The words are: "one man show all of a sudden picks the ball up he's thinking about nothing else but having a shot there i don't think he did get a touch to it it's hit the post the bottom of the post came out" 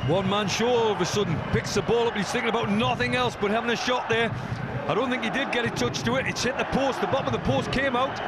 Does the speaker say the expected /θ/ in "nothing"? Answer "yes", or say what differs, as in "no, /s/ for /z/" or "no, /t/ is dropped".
yes